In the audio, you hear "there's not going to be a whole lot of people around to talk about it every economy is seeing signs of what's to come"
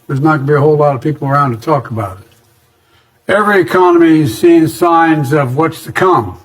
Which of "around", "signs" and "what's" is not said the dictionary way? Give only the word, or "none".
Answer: none